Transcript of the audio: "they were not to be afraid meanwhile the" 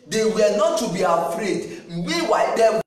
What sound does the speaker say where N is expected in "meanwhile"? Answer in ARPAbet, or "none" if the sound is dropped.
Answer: none